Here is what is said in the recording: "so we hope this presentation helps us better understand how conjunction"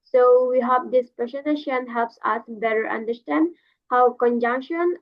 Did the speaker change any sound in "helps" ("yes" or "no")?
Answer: no